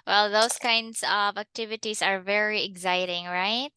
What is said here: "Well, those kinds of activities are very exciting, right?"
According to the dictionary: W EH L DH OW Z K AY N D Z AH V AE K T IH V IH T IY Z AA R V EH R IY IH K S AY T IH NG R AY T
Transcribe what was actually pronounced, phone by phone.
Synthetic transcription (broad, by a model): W EH L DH OW S K AY N D S AH V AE K T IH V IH T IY S AA R V EH R IY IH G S AY T IH NG R AY T